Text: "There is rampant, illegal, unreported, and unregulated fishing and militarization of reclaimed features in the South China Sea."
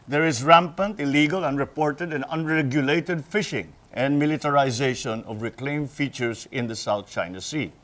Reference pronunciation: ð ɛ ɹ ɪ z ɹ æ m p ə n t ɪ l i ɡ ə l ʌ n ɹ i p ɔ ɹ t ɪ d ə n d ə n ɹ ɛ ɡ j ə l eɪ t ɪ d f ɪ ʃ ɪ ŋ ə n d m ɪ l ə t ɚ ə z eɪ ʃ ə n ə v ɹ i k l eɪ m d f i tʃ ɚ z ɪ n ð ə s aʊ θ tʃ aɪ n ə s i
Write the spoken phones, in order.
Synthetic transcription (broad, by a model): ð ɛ ɹ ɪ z ɹ æ m p ə n t ɪ l i ɡ ə l ʌ n ɹ i p ɔ ɹ t ɪ d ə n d ə n ɹ ɛ ɡ j ə l eɪ t ɪ d f ɪ ʃ ɪ ŋ ə n d m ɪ l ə t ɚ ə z eɪ ʃ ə n ə v ɹ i k l eɪ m f i tʃ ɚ s ɪ n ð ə s aʊ θ tʃ aɪ n ə s i